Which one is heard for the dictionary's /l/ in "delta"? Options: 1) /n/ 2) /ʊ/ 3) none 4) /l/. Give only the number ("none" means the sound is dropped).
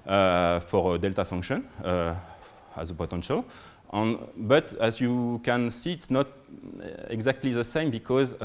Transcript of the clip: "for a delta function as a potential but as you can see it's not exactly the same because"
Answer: 4